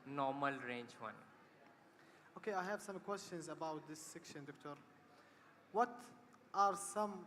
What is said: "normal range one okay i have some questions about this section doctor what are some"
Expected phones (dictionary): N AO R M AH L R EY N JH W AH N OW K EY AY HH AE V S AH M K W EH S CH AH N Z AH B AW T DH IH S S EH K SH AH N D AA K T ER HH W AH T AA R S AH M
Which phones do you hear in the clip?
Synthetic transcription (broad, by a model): N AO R M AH L R EY N JH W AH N OW K EY AY HH AE V S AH M K W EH S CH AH N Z AH B AW T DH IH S S EH K SH AH N D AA K T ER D W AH T AA R S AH M